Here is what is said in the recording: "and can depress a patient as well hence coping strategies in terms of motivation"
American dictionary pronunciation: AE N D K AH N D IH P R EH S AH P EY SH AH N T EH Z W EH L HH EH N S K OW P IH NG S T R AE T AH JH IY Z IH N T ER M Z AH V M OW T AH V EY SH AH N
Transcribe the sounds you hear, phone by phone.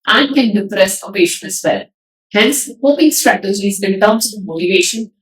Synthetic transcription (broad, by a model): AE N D K AH N D IH P R EH S AH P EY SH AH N EH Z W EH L HH EH N S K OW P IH NG S T R AE T AH JH IY Z IH N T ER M S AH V M OW T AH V EY SH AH N